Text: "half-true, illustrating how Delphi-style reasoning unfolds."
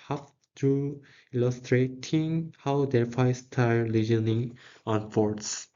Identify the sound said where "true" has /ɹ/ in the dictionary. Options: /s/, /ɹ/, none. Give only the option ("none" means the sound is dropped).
none